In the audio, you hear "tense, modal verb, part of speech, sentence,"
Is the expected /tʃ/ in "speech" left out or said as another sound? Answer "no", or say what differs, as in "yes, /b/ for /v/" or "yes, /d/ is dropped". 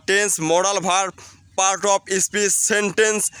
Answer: yes, /s/ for /tʃ/